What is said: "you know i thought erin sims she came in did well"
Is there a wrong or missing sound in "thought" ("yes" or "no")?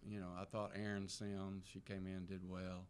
no